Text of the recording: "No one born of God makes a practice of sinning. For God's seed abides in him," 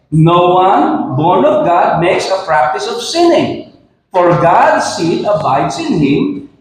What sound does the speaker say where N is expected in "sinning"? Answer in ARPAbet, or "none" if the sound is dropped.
N